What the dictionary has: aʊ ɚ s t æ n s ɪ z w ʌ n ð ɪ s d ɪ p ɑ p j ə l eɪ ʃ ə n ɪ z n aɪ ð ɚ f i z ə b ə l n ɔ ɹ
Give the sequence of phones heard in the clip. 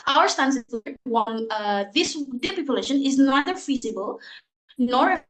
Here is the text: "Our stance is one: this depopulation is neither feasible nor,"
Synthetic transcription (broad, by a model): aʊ ɚ s t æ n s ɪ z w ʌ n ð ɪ s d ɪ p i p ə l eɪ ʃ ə n ɪ z n aɪ ð ɚ f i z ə b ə l n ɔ ɹ